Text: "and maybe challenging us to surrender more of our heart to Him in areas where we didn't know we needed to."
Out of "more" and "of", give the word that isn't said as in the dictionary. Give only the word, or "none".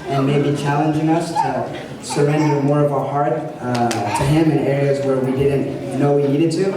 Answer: none